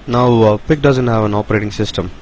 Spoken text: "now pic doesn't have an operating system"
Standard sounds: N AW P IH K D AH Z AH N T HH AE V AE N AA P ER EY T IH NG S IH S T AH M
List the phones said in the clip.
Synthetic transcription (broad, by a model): N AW P IH K D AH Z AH N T HH AE V AE N AA P ER EY T IH NG S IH S T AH M